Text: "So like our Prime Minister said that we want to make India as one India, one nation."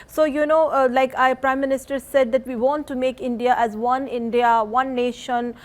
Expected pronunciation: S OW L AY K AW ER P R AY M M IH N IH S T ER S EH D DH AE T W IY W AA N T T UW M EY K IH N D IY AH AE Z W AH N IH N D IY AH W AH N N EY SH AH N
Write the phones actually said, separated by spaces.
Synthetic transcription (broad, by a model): S OW L AY K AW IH P R AY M M IH N IH S T ER S EH D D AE T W IY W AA N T T UW M EY K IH N D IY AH AE Z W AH N IH N D IY AH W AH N N EY SH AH N